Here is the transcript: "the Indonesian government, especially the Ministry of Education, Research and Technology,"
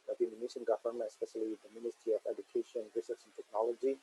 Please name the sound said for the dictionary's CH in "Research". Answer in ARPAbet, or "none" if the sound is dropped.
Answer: S